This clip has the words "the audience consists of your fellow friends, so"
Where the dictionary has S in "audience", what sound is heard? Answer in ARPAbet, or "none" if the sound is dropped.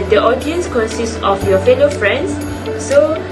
S